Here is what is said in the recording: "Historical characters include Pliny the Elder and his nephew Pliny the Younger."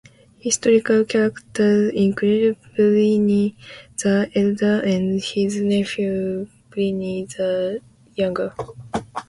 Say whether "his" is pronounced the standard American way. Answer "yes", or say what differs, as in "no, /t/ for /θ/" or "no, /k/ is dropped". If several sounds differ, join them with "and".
yes